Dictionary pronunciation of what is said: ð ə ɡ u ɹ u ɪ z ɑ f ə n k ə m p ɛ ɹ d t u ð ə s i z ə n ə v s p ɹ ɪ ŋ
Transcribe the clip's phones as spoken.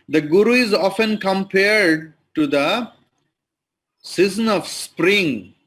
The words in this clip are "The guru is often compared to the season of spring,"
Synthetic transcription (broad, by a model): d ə ɡ u ɹ u ɪ z ɑ f ə n k ə m p ɛ ɹ d t u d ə s i z ə n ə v s p ɹ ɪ ŋ